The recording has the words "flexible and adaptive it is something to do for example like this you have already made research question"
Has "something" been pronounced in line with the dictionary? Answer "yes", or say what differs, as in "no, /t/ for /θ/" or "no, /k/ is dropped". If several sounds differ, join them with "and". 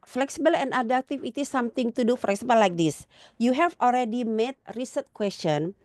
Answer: no, /t/ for /θ/